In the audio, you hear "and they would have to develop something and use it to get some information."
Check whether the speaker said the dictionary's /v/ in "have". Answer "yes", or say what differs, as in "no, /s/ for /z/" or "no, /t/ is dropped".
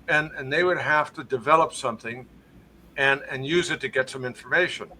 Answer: no, /f/ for /v/